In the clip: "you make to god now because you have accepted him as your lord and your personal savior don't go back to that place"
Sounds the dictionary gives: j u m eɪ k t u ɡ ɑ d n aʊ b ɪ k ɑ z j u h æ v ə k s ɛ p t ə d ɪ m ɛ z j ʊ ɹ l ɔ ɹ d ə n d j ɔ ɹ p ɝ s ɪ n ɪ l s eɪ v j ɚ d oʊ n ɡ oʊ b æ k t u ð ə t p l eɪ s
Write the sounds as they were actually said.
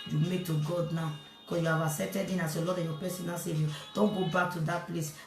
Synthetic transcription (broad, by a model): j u m eɪ k t u ɡ ɑ d n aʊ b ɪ k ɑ s j u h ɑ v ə s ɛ t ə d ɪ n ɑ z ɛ l ɔ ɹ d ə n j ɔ p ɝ s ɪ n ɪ s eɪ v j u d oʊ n ɡ oʊ b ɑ k t u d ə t p l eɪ s